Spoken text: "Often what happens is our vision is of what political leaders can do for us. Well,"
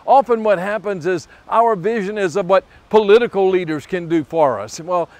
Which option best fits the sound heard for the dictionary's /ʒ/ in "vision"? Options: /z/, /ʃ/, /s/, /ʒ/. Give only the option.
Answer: /ʒ/